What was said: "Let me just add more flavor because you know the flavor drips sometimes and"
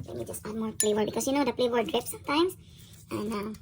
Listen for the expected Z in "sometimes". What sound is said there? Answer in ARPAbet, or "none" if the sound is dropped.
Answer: S